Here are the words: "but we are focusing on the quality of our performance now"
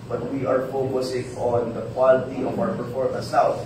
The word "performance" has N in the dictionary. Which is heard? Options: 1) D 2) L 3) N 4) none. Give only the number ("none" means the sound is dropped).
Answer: 4